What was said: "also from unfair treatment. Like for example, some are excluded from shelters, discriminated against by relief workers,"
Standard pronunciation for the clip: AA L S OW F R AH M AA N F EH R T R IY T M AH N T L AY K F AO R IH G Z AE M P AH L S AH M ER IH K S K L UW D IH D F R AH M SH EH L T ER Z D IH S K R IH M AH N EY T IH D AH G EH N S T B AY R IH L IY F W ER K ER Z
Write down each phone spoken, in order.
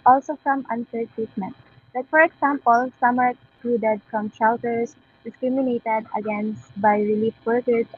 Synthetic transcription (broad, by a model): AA L S OW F R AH M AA N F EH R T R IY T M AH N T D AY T F AO R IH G S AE M P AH L S AH M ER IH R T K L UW D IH D F R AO M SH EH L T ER S D IH S K R IH M AH N EY T IH D AH G EH N S T B AY R IH L IY F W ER K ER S